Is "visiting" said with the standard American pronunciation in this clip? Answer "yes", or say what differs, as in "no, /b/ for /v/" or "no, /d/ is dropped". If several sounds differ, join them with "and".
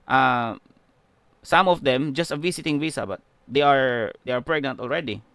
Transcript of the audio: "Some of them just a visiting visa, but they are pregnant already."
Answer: no, /s/ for /z/